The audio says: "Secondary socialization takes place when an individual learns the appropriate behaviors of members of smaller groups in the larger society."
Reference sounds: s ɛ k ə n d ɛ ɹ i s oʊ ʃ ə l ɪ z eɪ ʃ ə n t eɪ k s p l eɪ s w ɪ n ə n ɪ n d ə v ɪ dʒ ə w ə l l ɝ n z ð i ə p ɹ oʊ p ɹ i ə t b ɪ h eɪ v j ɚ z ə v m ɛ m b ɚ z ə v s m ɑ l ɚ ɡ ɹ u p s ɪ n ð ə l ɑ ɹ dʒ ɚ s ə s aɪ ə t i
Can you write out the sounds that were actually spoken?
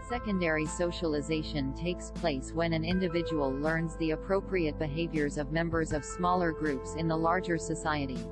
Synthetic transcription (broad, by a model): s ɛ k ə n d ɛ ɹ i s oʊ ʃ ə l ɪ z eɪ ʃ ə n t eɪ k s p l eɪ s w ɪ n ə n ɪ n d ə v ɪ dʒ ə w ə l l ɝ n z ð i ə p ɹ oʊ p ɹ i ə t b ɪ h eɪ v j ɚ z ə v m ɛ m b ɚ z ə v s m ɑ l ɚ ɡ ɹ u p s ɪ n ð ə l ɑ ɹ dʒ ɚ s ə s aɪ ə t i